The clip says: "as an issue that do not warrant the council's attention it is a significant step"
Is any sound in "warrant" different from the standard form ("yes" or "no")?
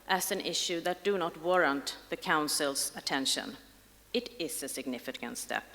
no